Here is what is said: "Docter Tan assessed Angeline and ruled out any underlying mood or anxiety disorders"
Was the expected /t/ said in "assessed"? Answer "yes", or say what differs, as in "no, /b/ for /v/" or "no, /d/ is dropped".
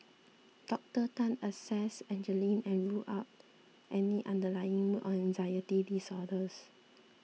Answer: no, /t/ is dropped